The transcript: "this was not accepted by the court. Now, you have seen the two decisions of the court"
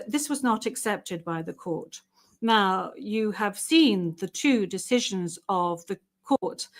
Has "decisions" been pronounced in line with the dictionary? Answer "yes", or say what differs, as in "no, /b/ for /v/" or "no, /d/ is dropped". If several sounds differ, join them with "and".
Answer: yes